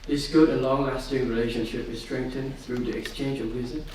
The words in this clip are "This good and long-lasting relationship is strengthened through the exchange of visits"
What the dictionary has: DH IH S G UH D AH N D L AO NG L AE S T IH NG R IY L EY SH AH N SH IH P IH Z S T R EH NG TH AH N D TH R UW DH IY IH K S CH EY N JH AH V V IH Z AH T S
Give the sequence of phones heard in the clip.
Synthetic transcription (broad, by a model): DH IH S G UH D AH L AO NG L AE S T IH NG R IY L EY SH AH N SH IH P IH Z S T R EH NG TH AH N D TH R UW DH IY IH K S CH EY N JH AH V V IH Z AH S